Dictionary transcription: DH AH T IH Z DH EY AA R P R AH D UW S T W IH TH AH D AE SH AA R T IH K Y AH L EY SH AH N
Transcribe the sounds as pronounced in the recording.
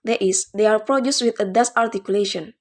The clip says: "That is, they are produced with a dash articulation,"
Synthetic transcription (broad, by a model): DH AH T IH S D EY AA R P R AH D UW S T W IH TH AH D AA S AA R T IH K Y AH L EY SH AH N